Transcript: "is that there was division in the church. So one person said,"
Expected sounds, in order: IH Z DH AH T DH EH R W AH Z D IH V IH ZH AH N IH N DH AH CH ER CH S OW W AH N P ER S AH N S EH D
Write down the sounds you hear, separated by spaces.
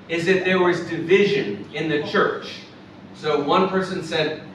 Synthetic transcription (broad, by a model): IH Z DH AH T DH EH R W AH Z D IH V IH ZH AH N IH N DH AH CH ER CH S OW W AH N P ER S AH N S EH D